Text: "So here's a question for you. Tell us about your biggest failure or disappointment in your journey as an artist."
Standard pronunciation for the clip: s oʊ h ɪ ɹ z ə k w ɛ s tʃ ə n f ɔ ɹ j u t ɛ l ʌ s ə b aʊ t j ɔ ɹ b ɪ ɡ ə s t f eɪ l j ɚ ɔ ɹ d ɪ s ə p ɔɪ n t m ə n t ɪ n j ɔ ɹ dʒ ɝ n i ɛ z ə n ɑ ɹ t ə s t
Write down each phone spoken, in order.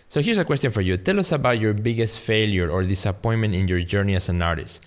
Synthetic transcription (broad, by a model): s oʊ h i ɹ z ə k w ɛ s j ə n f ɔ ɹ j u t ɛ l ʌ s ə b aʊ t j ɔ ɹ b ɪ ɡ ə s t f eɪ l j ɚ ɔ ɹ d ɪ s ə p ɔɪ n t m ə n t ɪ n j ɔ ɹ dʒ ɝ n i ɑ s ə n ɑ ɹ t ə s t